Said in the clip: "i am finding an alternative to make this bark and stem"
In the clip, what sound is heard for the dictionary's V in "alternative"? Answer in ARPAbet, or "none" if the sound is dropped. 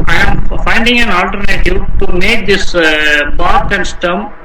P